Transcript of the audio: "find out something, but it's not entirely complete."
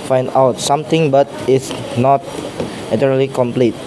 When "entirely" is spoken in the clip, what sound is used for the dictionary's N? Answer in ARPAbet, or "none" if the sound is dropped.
none